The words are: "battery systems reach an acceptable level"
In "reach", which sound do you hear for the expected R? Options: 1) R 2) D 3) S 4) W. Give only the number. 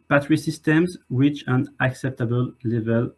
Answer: 4